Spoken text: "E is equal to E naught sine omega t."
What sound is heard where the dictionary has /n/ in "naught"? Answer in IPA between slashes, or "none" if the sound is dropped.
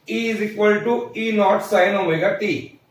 /n/